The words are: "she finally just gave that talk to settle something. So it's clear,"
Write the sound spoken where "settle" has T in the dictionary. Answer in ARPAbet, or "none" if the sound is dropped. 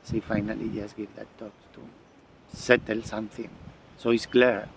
T